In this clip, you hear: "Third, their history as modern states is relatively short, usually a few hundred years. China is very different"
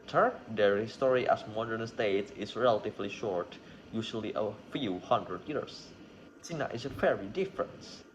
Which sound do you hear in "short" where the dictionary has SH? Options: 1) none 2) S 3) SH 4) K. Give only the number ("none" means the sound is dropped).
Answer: 3